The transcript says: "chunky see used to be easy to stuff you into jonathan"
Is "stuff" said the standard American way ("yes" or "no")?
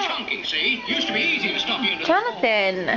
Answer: no